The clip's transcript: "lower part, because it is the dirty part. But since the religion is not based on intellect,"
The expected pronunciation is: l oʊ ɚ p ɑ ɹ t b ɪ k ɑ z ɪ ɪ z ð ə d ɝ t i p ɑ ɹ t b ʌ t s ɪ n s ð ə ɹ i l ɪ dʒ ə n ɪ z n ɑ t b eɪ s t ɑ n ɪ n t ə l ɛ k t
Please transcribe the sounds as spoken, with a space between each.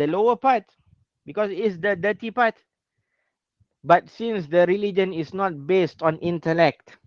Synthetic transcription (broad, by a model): l oʊ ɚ p ɑ t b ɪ k ɑ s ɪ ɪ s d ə d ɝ t i p ɑ t b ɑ t s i n s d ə ɹ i l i dʒ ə n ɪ s n ɑ t b eɪ s t ɑ n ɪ n t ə l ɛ k t